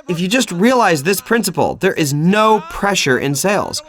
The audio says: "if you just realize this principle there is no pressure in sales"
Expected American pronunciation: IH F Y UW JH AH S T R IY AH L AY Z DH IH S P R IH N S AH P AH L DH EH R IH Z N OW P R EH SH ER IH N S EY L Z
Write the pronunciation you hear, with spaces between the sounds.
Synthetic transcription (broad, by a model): IH F Y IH JH AH S T R IY AH L AY Z DH IH S P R IH N S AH P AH L DH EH R IH Z N OW P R EH SH ER IH N S EY L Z